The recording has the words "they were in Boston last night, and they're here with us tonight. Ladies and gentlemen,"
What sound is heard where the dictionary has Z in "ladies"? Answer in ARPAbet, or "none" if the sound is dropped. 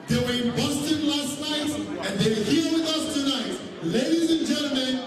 Z